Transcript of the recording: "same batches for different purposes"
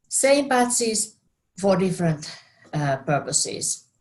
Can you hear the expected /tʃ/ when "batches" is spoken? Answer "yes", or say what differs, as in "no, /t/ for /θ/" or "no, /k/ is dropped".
no, /s/ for /tʃ/